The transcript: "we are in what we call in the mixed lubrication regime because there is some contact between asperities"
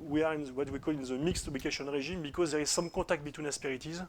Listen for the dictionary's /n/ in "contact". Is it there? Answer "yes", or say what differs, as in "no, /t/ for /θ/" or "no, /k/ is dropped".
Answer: no, /n/ is dropped